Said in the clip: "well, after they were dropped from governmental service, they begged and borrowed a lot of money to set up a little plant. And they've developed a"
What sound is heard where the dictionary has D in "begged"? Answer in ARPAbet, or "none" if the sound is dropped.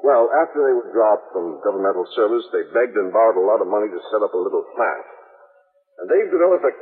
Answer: D